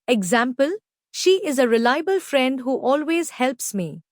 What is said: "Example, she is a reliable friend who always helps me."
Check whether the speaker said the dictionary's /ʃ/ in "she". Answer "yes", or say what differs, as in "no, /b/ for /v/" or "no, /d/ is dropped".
yes